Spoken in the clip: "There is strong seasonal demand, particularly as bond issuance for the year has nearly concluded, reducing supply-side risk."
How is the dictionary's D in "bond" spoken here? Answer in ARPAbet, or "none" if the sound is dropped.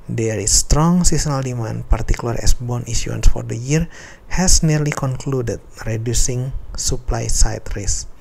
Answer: none